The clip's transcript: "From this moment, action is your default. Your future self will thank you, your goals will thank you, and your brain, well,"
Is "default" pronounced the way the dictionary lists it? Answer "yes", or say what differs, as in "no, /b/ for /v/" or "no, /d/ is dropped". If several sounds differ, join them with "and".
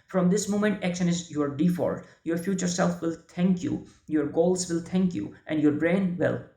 no, /l/ is dropped